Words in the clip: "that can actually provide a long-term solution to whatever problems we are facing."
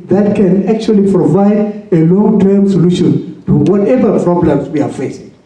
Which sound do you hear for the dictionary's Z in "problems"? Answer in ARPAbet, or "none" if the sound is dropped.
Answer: S